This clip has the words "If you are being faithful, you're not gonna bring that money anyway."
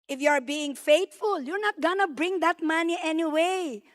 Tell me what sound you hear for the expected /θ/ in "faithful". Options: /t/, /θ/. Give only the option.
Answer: /t/